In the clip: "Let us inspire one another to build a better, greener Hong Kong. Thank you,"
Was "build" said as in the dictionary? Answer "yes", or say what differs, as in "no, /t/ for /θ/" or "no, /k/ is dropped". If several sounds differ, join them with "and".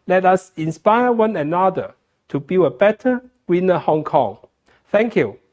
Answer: no, /d/ is dropped